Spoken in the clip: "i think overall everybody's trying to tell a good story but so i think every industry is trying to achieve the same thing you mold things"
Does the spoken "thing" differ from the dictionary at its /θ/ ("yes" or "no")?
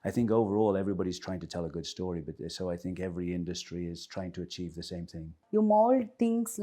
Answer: no